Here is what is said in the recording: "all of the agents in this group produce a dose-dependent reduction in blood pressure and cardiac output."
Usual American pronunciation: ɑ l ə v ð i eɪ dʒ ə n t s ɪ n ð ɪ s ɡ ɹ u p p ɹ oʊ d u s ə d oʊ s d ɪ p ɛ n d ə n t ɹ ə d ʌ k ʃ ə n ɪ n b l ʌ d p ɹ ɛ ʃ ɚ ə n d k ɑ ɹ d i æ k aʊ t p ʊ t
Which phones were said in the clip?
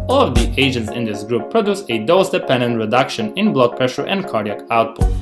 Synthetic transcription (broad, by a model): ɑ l ə v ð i eɪ dʒ ə n t s ɪ n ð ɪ s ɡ ɹ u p p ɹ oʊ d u s ə d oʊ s d ɪ p ɛ n d ə n t ɹ ə d ʌ k ʃ ə n ɪ n b l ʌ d p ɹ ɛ ʃ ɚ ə n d k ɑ ɹ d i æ k aʊ t p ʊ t